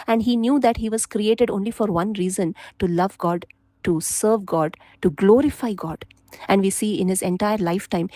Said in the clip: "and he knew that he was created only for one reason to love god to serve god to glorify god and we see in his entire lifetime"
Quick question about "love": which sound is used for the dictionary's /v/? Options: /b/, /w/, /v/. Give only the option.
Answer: /v/